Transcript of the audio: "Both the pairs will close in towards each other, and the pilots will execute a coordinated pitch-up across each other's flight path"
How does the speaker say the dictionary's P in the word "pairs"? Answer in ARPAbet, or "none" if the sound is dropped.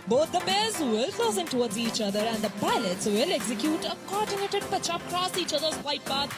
B